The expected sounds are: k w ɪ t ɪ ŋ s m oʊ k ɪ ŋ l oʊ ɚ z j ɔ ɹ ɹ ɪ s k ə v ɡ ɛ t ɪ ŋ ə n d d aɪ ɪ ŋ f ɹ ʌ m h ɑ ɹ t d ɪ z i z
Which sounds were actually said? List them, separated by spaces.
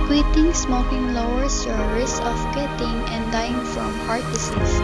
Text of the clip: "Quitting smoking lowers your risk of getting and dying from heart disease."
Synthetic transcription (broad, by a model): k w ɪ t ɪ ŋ s m oʊ k ɪ ŋ l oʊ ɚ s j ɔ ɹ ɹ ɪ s ə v ɡ ɛ t ɪ ŋ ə n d d aɪ ɪ ŋ f ɹ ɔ m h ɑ ɹ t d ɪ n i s